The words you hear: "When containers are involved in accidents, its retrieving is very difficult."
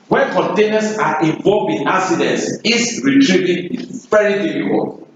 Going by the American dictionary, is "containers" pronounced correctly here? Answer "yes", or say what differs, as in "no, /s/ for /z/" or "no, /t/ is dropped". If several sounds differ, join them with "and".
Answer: no, /s/ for /z/